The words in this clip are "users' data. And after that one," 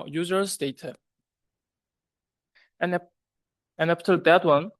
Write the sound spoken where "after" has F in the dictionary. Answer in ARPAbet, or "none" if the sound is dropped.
P